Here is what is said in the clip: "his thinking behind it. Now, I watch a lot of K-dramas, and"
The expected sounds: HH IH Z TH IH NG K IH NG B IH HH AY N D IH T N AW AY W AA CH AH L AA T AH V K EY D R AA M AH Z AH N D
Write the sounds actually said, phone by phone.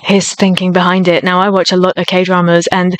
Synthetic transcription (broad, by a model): HH IH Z TH IH NG K IH NG B IH HH AY N D IH T N AW AY W AA CH AH L AA T AH V K EY D R AA M AH Z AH N